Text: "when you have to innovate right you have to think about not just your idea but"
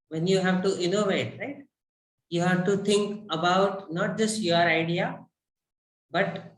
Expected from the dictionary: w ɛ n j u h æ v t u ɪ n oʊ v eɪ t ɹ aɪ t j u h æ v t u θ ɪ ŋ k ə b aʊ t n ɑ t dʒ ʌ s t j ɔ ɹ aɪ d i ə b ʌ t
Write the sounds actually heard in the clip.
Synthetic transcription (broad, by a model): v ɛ n j u h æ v t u ɪ n oʊ v eɪ t ɹ aɪ t j u h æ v t u t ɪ ŋ k ə b aʊ t n ɑ t dʒ ʌ s t j ɔ ɹ aɪ d i ə b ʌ t